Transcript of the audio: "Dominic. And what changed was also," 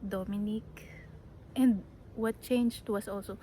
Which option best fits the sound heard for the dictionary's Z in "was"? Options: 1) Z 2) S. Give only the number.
2